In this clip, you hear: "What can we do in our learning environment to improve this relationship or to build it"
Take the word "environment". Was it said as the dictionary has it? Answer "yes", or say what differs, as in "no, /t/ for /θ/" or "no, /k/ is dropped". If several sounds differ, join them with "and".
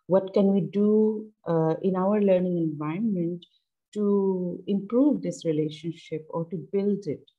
no, /ɹ/ is dropped